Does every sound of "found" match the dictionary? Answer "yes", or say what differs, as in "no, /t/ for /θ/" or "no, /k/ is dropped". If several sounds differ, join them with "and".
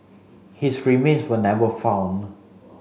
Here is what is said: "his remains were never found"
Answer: no, /d/ is dropped